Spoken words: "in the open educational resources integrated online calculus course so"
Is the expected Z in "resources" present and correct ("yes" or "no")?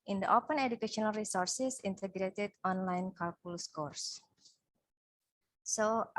no